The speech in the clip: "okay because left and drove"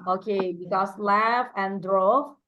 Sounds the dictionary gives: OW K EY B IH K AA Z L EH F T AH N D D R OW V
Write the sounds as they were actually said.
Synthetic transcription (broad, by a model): OW K EY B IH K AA S L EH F AH N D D R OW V